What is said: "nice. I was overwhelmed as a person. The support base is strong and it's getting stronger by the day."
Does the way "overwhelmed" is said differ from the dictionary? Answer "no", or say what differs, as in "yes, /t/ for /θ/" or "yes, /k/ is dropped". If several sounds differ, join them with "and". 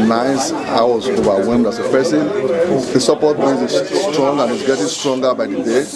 yes, /l/ is dropped